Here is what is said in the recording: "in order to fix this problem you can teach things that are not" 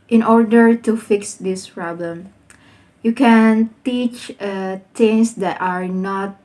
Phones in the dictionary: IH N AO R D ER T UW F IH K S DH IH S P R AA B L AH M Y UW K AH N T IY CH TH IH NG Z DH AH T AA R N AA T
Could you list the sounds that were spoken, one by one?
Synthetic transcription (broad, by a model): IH N AO R D ER T UW F IH K S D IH S P R AA B L AH M Y UW K AH N T IY CH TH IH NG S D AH T AA R N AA T